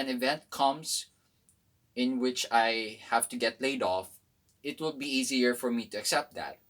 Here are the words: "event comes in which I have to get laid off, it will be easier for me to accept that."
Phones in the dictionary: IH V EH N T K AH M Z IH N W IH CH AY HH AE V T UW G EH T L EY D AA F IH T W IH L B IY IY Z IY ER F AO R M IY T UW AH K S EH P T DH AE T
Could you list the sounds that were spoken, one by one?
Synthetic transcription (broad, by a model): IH V EH N T K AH M S IH N W IH CH AY HH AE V T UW G EH T L EY D AA F IH T W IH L B IY IY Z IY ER F AO R M IY T UW AH K S EH P T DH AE T